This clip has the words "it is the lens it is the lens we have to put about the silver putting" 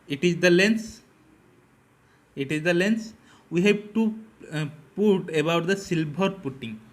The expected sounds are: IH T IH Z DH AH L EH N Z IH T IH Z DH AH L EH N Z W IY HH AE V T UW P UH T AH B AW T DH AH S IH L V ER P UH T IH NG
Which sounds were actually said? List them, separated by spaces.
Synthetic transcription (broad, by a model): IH T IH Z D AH L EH N S IH T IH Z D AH L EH N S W IY HH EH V T UW P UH T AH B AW T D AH S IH L B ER P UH T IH NG